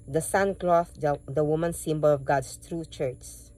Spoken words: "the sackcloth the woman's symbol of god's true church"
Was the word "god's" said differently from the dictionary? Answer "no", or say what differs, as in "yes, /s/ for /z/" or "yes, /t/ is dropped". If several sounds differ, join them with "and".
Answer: yes, /s/ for /z/